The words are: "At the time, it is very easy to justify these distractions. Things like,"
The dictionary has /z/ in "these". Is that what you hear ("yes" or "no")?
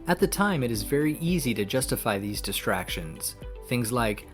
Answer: yes